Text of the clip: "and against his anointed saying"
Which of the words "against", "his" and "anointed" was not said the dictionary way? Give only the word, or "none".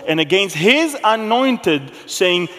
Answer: none